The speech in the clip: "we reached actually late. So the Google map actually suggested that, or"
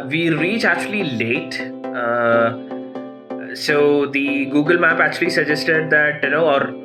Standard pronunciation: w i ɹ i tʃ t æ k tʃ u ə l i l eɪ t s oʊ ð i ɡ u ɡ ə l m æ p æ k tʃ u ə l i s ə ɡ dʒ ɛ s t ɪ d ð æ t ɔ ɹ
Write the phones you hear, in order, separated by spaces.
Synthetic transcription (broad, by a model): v i ɹ i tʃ æ k tʃ u ə l i l eɪ t s oʊ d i ɡ u ɡ ə l m æ p æ k tʃ u ə l i s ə dʒ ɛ s t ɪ d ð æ t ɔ ɹ